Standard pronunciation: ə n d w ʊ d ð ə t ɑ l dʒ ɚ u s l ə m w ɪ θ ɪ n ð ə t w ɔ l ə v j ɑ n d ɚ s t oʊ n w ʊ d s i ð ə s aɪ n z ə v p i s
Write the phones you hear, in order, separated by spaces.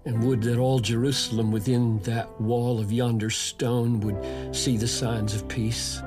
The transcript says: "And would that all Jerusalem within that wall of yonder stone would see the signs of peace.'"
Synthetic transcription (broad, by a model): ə n w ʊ d ð ə t ɑ l dʒ ɚ u s l ə m w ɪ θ ɪ n ð ə t w ɔ l ə v j ɑ n d ɚ s t oʊ n w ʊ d s i ð ə s aɪ n z ə v p i s